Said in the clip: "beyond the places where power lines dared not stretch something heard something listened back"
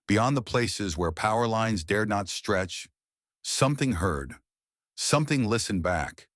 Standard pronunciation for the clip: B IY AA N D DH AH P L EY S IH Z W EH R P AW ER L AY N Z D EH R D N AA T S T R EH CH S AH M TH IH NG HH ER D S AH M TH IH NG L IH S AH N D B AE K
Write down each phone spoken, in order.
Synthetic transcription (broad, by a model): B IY AA N DH AH P L EY S IH Z W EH R P AW ER L AY N Z D EH R D N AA T S T R EH CH S AH M TH IH NG HH ER D S AH M TH IH NG L IH S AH N B AE K